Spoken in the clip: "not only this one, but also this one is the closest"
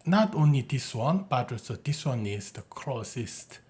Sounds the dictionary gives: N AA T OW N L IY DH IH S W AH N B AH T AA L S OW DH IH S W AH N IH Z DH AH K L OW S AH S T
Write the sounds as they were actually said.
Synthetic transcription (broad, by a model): N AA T OW N L IY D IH S W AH N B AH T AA S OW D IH S W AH N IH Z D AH K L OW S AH S T